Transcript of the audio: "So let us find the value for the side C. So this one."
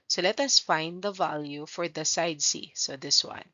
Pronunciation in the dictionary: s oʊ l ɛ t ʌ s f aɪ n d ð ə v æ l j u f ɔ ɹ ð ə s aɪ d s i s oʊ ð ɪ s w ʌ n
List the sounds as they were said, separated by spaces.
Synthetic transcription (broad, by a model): s oʊ l ɛ t ʌ s f aɪ n d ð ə v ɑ l j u f ɔ ɹ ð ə s aɪ d s i s oʊ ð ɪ s w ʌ n